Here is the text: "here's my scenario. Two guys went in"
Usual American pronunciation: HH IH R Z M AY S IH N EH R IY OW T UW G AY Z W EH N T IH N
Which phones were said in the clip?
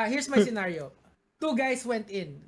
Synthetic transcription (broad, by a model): HH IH R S M AY S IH N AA R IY OW T UW G AY S W EH N T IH N